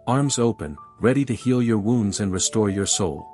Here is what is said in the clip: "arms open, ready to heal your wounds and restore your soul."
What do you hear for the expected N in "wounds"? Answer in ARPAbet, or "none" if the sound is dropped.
N